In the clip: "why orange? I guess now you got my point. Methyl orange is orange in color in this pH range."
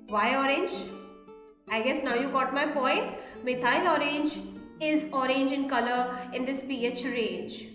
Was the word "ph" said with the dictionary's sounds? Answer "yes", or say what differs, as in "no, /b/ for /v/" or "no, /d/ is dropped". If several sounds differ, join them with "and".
yes